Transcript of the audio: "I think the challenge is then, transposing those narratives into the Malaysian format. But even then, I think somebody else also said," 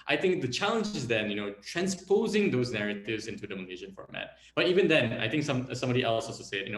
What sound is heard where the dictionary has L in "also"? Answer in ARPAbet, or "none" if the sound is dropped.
none